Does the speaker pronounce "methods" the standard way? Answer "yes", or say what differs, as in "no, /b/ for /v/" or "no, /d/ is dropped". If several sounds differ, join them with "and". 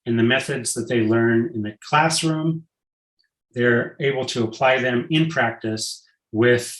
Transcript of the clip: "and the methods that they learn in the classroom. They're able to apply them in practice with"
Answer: yes